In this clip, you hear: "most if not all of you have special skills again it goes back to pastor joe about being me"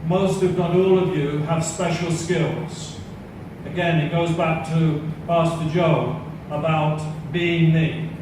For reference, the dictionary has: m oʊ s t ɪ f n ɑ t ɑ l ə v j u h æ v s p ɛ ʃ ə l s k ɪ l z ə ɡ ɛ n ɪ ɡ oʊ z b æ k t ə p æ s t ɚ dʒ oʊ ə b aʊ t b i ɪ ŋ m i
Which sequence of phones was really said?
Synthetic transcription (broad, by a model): m oʊ s t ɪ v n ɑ t ɑ l ə v j u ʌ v s p ɛ ʃ l s k ɪ l z ə ɡ ɛ n ɪ ɡ oʊ z b æ k t ə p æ s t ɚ dʒ oʊ ə b aʊ t b i ɪ ŋ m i